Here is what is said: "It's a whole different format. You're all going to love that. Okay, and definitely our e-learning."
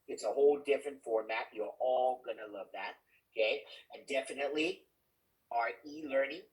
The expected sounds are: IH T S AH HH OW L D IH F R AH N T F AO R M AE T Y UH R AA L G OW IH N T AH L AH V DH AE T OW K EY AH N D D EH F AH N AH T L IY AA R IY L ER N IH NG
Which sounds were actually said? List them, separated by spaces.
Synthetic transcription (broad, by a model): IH T S AH HH OW L D IH F R AH N T F AO R M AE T Y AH R AA L G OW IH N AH L AH V DH AE T OW K EY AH N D D EH F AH N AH T L IY AA R IY L ER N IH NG